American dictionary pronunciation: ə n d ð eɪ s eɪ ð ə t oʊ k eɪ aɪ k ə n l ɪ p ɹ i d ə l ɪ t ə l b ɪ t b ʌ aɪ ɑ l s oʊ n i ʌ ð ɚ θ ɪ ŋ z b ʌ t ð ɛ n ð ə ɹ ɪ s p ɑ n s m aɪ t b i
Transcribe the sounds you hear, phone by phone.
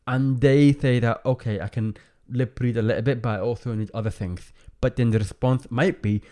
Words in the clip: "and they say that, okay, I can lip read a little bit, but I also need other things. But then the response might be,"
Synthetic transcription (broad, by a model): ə n ð eɪ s eɪ ð ə t oʊ k eɪ aɪ k ə n l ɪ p ɹ i d ə l ɪ t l b ɪ t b aɪ ɑ l s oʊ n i ʌ ð ɚ θ ɪ ŋ z b ʌ t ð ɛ n ð ə ɹ ɪ s p ɑ n s m aɪ t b i